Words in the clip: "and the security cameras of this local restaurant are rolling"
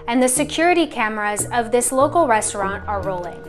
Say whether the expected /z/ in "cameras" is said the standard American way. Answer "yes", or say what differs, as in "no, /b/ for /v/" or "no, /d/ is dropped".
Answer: yes